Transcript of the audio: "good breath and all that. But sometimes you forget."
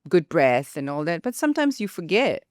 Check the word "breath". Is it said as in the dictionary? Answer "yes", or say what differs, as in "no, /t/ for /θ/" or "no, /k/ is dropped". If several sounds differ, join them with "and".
yes